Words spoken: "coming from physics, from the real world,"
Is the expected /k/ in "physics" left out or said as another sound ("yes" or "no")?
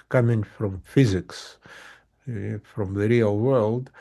no